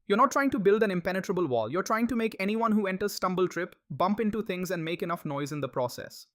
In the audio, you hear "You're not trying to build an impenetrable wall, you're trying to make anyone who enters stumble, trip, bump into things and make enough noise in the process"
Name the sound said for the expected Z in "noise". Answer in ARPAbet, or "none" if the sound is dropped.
Z